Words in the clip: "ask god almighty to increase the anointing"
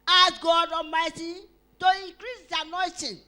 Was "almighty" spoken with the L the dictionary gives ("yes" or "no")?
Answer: no